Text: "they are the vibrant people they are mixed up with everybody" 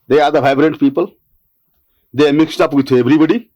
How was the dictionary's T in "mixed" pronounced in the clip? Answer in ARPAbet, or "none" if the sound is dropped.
T